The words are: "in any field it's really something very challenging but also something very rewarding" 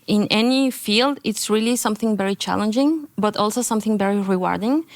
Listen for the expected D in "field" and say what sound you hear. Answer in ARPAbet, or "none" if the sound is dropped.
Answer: D